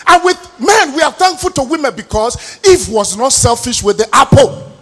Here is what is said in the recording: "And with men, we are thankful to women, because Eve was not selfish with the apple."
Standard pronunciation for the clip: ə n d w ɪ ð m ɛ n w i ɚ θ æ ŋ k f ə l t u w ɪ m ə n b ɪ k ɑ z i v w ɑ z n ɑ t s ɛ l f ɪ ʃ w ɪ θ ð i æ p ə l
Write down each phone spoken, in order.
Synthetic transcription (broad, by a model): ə n w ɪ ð m ɛ n w i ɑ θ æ ŋ k f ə l t u w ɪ m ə n b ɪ k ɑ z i f w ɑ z n ɑ t s ɛ l f ɪ ʃ w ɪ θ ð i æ p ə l